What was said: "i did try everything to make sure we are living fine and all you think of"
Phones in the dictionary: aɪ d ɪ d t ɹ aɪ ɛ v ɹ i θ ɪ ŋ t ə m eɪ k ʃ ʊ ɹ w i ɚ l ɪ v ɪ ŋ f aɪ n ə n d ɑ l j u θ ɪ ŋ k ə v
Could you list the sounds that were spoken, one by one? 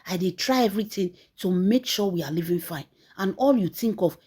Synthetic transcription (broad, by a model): aɪ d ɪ t ɹ aɪ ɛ v ɹ i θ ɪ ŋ t ə m eɪ k ʃ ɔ w i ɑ l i v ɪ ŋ f aɪ n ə n ɑ l j u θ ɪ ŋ k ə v